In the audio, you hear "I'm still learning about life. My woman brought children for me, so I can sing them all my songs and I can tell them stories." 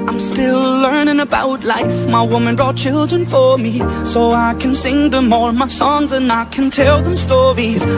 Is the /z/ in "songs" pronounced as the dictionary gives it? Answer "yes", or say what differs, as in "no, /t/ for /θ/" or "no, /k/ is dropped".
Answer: yes